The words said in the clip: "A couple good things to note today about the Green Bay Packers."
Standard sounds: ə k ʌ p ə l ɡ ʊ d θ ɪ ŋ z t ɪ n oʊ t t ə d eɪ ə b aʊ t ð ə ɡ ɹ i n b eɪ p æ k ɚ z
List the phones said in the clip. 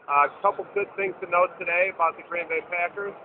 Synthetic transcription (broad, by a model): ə k ʌ p l ɡ ʊ d θ ɪ ŋ z t ɪ n oʊ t t ə d eɪ ə b aʊ t ð ə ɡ ɹ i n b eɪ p æ k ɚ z